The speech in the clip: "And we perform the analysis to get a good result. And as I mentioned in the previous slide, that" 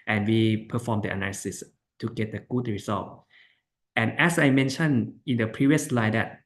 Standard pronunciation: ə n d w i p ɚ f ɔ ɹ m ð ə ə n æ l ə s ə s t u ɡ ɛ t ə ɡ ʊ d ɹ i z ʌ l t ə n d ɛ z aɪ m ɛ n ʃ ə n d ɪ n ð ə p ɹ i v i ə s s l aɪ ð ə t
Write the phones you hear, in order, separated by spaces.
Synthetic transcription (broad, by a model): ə n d w i p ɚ f ɔ m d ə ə n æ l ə s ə s t u ɡ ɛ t ə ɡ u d ɹ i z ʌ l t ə n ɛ s aɪ m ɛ n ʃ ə n ɪ n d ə p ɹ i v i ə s s l aɪ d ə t